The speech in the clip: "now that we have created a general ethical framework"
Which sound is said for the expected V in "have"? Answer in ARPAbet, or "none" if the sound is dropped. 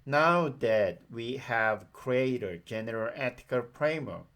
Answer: V